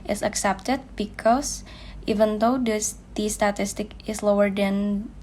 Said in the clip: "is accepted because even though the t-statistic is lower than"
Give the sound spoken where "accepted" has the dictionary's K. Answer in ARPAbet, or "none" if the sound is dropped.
K